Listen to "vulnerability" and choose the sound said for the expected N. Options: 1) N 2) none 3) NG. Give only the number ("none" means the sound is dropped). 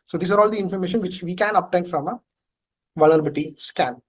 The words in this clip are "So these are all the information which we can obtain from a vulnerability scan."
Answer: 2